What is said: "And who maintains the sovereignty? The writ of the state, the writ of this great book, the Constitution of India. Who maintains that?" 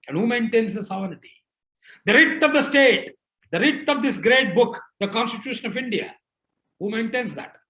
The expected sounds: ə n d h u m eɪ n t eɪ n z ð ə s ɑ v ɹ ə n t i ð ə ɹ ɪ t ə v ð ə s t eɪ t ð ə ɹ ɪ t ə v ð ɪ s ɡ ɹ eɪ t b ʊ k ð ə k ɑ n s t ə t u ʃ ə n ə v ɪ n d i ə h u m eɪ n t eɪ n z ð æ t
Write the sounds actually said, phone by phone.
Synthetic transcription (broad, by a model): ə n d h u m eɪ n t eɪ n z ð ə s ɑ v ə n t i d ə ɹ ɪ t ə v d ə s t eɪ t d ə ɹ ɪ t ə v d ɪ s ɡ ɹ eɪ t b ʊ k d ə k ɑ n s t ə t u ʃ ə n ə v ɪ n d i ə h u m eɪ n t eɪ n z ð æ t